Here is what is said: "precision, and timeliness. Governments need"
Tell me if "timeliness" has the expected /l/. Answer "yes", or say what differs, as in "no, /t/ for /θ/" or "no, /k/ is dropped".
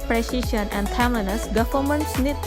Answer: no, /l/ is dropped